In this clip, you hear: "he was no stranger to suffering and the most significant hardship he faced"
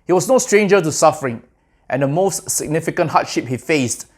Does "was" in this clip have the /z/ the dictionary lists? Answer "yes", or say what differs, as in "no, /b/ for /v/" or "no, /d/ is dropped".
no, /s/ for /z/